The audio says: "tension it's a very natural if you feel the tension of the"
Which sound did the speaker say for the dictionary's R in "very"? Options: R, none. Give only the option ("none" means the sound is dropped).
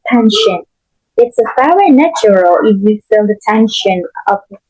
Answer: none